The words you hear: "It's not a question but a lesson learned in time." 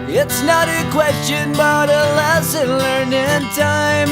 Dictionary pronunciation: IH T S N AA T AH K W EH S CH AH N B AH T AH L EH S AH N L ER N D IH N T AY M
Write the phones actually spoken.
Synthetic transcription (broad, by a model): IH T S N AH T AH K W EH S CH AH N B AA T AH L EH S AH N L ER N IH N T AY M